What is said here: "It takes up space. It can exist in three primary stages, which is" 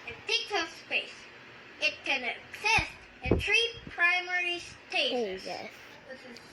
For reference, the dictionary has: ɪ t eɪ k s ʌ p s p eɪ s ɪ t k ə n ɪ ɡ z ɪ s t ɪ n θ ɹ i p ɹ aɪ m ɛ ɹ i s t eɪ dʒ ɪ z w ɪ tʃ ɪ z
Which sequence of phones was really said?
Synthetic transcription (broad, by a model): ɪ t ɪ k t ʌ s p eɪ s ɪ t k ə n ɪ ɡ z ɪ s t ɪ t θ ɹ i p ɹ aɪ m ɛ ɹ i s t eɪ ɪ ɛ ɪ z